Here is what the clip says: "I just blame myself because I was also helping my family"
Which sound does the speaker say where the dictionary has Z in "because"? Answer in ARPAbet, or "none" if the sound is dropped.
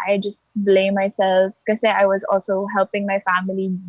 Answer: none